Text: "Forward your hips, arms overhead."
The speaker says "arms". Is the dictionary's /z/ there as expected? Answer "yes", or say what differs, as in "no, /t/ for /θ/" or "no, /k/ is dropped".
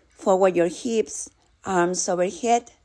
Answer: no, /s/ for /z/